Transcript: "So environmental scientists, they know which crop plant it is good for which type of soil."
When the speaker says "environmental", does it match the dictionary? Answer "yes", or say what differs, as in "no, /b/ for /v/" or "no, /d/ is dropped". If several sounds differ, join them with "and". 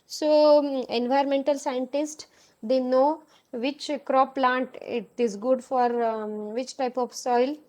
no, /ɹ/ is dropped